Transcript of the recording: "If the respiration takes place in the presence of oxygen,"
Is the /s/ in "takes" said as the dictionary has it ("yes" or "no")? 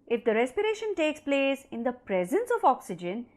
yes